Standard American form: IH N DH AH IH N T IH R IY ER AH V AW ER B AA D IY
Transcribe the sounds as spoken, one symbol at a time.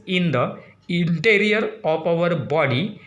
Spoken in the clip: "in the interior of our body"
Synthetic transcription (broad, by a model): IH N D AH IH N T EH R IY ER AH P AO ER B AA D IY